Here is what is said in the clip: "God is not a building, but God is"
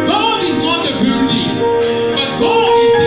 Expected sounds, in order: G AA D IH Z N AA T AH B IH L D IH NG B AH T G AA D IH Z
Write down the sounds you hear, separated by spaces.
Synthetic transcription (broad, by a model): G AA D IH Z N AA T AH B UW D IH B AH T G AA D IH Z